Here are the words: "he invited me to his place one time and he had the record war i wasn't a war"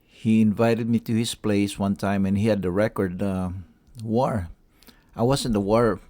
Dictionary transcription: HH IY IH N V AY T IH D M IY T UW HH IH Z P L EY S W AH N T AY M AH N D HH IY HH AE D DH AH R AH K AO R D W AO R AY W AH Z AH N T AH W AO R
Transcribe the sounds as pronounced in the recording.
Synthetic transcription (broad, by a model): HH IY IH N V AY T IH D M IY T UW HH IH S P L EY S W AH N T AY M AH N HH IY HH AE D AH R AH K AO R D W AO R AY W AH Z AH N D AH W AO R